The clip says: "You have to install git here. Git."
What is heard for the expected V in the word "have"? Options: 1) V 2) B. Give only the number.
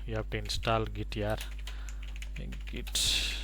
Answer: 2